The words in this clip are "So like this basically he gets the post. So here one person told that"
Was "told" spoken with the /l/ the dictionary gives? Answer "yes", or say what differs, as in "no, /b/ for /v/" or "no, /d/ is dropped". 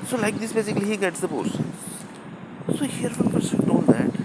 no, /n/ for /l/